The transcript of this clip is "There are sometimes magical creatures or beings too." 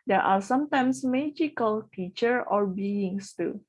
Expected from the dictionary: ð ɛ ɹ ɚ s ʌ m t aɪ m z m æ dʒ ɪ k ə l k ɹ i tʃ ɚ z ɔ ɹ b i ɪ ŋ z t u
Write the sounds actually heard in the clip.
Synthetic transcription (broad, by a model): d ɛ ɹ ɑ s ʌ m t aɪ m s m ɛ dʒ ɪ k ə l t i tʃ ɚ ɔ ɹ b i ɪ ŋ s t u